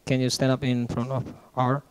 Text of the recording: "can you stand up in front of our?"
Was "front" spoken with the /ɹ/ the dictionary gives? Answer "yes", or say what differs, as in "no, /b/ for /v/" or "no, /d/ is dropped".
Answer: yes